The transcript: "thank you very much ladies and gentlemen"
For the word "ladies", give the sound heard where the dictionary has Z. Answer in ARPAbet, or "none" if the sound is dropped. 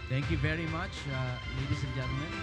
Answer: S